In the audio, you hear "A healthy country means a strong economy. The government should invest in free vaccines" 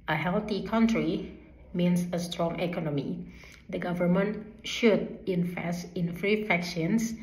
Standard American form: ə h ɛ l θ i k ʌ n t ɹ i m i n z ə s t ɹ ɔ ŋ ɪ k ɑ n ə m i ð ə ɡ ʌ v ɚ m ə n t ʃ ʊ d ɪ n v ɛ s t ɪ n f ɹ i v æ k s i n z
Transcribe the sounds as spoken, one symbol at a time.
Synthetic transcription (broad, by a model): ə h ɛ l t i k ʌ n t ɹ i m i n s ə s t ɹ ɔ ŋ ɪ k ɑ n ə m i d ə ɡ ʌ v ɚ m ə n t ʃ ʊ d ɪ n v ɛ s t ɪ n f ɹ i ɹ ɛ k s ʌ n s